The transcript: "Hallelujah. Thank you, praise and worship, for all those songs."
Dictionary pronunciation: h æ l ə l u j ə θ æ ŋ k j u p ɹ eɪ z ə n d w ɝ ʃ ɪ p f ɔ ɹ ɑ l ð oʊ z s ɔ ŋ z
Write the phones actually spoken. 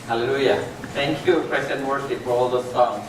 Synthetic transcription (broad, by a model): h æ l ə l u j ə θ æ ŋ k j u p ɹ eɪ s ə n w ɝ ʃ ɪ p f ɔ ɹ ɑ l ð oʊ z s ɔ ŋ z